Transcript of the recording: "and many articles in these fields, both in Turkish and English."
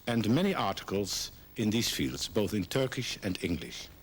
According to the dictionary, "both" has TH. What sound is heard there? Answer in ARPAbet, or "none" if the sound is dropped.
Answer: TH